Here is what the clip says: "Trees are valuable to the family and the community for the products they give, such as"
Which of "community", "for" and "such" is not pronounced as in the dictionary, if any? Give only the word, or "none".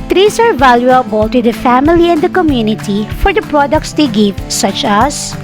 none